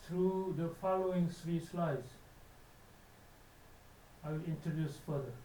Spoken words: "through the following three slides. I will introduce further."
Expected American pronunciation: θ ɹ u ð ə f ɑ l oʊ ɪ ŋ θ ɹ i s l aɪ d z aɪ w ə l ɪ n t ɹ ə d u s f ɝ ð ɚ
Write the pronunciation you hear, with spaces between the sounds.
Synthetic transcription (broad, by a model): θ ɹ u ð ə f ɑ l oʊ ɪ ŋ s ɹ i s l aɪ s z aɪ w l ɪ n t ɹ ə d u s f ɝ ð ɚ